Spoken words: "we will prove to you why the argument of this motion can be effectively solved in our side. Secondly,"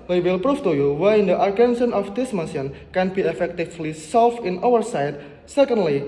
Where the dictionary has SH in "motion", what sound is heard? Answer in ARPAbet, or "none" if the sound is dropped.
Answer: S